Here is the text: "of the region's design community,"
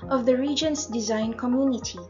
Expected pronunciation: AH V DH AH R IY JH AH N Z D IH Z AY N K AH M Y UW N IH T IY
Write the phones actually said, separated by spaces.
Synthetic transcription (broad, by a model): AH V DH AH R IY JH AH N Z D IH Z AY N K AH M Y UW N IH T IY